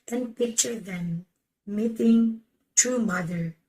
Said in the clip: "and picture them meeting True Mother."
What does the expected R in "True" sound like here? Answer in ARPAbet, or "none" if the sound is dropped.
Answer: none